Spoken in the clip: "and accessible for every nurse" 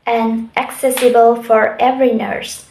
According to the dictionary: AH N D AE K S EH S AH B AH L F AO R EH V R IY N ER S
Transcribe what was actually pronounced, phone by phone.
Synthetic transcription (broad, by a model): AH N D AE K S EH S AH B AH L F AO R EH V R IY N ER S